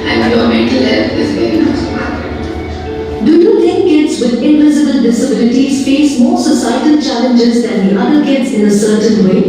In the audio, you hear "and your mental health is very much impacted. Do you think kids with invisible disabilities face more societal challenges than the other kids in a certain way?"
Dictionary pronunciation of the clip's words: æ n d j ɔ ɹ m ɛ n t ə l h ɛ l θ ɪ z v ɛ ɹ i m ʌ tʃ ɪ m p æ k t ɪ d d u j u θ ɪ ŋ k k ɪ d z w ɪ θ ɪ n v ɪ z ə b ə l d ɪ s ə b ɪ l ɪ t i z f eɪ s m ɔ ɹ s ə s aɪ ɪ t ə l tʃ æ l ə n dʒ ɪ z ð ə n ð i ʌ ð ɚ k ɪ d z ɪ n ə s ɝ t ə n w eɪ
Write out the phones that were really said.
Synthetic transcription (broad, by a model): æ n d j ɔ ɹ m ɛ n t ə l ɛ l f ɪ z v ɛ ɹ i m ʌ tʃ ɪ p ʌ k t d d u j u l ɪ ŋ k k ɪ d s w ɪ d ɪ n v ɪ z ə b ə l d ɪ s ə b ɪ l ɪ t i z f eɪ s m ɔ ɹ s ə s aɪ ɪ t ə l tʃ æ l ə n dʒ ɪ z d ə n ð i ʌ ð ɚ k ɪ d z ɪ n ə s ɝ t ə n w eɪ